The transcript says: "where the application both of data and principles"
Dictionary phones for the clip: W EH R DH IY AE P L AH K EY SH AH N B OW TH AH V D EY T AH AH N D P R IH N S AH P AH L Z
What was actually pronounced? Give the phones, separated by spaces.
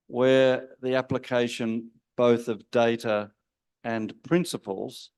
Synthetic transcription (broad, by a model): W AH R DH IY AE P L AH K EY SH AH N B OW TH AH V D EY T AH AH N P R IH N S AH P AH L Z